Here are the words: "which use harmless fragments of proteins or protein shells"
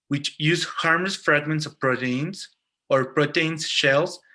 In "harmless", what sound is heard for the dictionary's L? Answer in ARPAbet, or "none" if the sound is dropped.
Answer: none